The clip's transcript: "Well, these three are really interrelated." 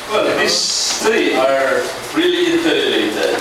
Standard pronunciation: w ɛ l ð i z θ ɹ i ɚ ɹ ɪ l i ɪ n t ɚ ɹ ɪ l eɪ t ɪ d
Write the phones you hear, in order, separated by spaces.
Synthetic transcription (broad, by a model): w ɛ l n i θ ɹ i ɚ ɹ ɪ l i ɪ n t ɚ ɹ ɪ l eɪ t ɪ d